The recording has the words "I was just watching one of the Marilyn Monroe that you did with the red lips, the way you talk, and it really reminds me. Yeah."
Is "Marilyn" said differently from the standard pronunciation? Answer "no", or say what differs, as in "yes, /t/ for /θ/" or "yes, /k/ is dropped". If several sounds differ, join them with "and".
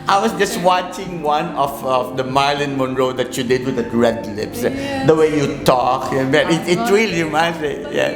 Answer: yes, /ɹ/ is dropped